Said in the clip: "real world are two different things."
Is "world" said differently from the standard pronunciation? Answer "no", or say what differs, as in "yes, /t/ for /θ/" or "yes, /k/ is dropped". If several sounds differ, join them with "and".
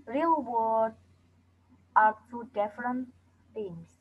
yes, /l/ is dropped